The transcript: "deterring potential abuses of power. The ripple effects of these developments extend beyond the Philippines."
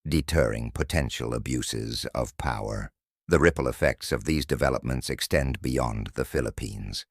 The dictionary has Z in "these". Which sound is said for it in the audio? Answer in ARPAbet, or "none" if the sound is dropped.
Z